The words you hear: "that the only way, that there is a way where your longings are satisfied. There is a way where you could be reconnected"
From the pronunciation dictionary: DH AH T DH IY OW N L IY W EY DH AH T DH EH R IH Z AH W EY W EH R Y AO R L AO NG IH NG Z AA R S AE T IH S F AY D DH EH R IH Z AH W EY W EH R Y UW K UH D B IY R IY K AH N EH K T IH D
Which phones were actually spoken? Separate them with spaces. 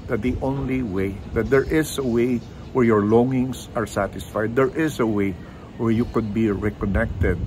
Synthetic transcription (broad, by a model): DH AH T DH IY OW N L IY W EY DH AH T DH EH R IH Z AH W EY W EH R Y AO R L AO NG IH NG S AA R S AE T IH S F AY D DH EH R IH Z AH W EY W EH R Y UW K UH D B IY R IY K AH N EH K T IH D